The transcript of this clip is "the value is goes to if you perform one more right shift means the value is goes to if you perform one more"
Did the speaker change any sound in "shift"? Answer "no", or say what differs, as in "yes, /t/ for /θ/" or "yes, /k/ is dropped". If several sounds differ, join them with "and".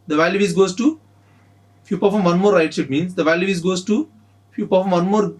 yes, /f/ is dropped